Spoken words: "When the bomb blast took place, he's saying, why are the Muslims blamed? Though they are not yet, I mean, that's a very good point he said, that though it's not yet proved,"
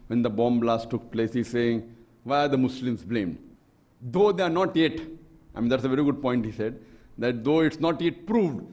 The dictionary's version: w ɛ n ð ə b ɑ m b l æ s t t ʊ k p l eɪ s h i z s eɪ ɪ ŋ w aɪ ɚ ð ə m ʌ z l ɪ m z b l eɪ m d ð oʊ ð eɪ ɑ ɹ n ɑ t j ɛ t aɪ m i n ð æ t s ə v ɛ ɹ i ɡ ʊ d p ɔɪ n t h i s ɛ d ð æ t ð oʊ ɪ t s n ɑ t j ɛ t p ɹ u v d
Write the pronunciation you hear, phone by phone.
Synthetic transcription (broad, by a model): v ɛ n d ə b ɑ m b l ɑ s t t ʊ k p l eɪ s h i z s eɪ ɪ ŋ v aɪ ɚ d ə m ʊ s l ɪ m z b l eɪ m d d oʊ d eɪ ɑ ɹ n ɑ t j ɛ t aɪ m i n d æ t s ə v ɛ ɹ i ɡ ʊ d p ɔɪ n t h i s ɛ d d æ t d oʊ ɪ t s n ɑ t j ɛ t p ɹ u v d